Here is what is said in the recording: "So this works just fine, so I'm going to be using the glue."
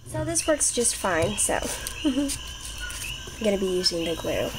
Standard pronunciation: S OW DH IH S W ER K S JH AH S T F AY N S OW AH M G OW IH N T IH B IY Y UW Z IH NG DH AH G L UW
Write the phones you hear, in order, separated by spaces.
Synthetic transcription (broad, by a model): S OW DH IH S W ER K S JH AH S T F AY N S OW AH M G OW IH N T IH B IY Y UW Z IH NG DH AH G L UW